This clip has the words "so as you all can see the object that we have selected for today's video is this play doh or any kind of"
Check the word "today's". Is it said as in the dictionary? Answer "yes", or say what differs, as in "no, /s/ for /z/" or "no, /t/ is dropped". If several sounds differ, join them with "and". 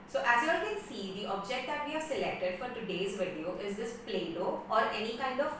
yes